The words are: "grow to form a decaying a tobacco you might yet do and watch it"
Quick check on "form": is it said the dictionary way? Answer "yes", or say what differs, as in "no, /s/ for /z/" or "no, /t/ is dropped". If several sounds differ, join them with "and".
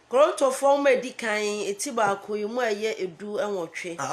no, /w/ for /ɹ/